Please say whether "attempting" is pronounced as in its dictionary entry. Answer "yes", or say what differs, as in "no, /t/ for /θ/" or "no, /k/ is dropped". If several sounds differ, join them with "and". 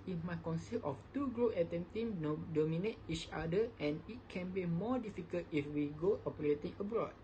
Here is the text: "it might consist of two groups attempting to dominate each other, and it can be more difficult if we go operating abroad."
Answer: no, /p/ is dropped